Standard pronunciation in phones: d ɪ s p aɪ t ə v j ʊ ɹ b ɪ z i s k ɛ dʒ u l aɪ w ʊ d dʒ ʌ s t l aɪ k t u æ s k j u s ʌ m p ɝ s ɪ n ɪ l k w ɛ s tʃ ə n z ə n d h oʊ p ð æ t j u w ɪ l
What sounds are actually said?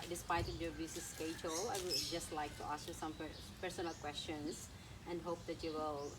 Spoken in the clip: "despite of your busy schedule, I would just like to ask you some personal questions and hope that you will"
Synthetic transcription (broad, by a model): d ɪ s p aɪ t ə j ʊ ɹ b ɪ s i s k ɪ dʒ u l aɪ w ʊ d dʒ ʌ s t l aɪ k t u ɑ s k j u s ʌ m p ɝ s ɪ n ɪ l k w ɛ s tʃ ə n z ə n d h oʊ p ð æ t j u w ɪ l